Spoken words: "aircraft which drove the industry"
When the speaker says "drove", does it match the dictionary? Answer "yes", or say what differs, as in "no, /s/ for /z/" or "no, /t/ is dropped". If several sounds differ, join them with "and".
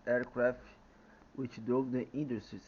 no, /ɹ/ is dropped